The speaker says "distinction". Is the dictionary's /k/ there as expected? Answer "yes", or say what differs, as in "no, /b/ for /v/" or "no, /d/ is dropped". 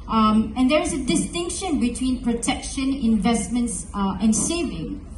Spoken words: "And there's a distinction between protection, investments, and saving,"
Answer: yes